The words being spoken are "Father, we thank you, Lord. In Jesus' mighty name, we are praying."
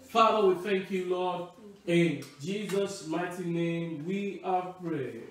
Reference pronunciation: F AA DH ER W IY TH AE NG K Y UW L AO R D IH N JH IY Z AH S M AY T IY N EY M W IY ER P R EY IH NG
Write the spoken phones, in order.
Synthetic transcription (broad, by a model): F AA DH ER W IY TH AE NG K Y UW L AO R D IH N JH IY Z AH S M AY T IY N EY M W IY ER P R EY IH